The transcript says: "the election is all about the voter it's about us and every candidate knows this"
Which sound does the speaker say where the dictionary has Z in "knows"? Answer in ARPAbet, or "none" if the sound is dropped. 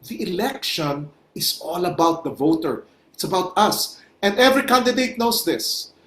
S